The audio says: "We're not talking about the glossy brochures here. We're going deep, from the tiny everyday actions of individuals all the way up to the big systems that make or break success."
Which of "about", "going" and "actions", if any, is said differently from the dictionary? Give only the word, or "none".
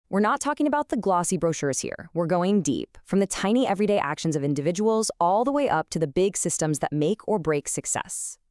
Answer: none